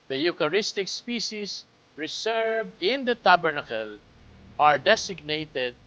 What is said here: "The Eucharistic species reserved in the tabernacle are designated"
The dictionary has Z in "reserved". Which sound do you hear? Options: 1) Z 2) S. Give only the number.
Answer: 2